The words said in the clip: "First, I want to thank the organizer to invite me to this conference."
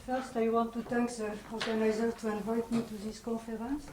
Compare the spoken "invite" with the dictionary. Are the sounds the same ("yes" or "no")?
yes